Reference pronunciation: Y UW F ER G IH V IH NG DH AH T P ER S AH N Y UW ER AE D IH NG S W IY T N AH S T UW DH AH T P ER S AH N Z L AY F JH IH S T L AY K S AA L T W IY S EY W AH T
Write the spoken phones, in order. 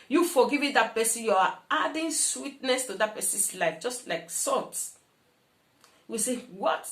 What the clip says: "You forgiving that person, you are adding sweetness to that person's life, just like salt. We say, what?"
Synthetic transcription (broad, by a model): Y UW F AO G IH V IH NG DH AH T P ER S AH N Y UW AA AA D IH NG S W IY T N AH S T UW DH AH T P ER S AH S L AY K JH IH S T L AY K S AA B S W IY S EY W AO T